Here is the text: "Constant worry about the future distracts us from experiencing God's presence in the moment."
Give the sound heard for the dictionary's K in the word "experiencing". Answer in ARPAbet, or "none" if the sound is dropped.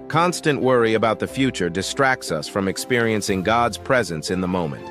K